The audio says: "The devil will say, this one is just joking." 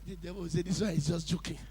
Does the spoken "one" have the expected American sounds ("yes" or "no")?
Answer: no